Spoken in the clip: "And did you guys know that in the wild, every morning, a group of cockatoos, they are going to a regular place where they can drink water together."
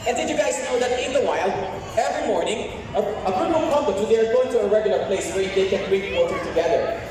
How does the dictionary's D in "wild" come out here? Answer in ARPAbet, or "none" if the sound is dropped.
none